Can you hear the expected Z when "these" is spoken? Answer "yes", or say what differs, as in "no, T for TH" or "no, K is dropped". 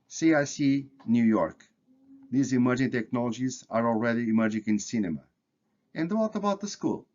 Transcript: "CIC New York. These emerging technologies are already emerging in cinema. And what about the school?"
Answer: yes